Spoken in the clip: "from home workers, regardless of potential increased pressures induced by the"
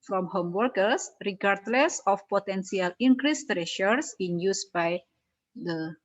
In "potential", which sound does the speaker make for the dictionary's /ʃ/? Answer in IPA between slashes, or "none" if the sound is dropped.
/s/